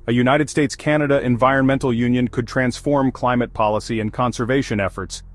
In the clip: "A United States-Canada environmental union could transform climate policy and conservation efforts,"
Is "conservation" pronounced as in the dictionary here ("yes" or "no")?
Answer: yes